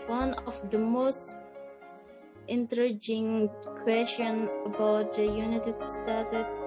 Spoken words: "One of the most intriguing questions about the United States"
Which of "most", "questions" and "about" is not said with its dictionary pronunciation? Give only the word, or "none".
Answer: questions